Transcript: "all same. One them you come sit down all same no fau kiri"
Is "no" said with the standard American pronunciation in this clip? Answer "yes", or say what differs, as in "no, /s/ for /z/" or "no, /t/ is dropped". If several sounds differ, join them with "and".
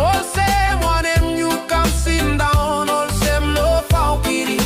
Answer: no, /l/ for /n/